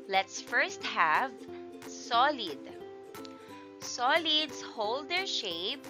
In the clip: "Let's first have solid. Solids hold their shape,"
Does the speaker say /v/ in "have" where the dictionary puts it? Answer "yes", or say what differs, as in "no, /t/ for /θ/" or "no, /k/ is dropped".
yes